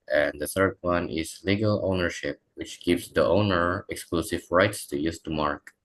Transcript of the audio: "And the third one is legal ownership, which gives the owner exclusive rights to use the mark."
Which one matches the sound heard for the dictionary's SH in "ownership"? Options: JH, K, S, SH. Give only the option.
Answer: SH